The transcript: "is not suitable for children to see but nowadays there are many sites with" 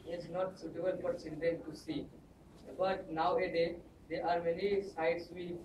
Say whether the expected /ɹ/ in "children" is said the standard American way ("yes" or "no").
no